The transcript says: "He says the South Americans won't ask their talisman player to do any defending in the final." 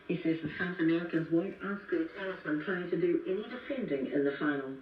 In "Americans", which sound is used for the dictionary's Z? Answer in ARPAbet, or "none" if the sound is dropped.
Z